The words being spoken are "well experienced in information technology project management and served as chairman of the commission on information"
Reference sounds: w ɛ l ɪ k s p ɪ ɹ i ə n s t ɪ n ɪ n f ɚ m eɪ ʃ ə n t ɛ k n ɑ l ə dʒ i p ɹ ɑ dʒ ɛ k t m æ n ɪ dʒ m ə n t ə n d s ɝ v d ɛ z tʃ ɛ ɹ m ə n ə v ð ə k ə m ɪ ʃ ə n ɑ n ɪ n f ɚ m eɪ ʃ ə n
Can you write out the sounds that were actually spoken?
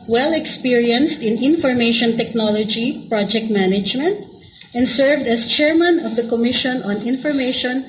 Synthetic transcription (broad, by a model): w ɛ l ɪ k s p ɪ ɹ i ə n s t ɪ n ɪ n f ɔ m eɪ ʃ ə n t ɛ k n ɑ l ə dʒ i p ɹ ɑ dʒ ɛ k t m æ n ɪ dʒ m ə n t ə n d s ɝ v d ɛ s tʃ ɛ ɹ m ə n ə v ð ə k ə m ɪ ʃ ə n ɑ n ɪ n f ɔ m eɪ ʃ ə n